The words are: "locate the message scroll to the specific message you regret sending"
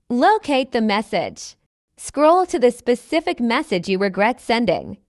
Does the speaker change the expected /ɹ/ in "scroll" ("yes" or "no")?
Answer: no